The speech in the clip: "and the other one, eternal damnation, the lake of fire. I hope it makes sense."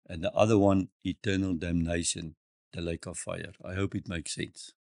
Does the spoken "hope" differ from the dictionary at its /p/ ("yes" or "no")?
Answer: no